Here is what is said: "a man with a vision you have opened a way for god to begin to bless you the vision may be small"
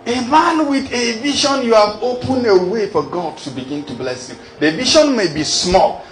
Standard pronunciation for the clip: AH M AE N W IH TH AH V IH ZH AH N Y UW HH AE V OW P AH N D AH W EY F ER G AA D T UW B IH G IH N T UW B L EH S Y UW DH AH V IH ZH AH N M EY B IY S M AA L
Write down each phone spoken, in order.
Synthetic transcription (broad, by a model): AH M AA N W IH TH AH V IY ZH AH N Y UW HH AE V OW P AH N AH W EY F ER G AA D T UW B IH G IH N T UW B L EH S Y UW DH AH V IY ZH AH N M EY B IY S M AA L